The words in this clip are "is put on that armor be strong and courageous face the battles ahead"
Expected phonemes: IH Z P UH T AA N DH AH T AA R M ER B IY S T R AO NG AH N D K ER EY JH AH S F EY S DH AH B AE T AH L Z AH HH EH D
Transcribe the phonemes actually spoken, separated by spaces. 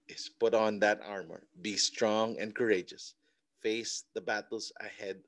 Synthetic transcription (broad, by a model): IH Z P UH T N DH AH T AA R M ER B IY S T R AO NG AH N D K ER EY JH AH S F EY S DH AH B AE T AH L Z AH HH EH D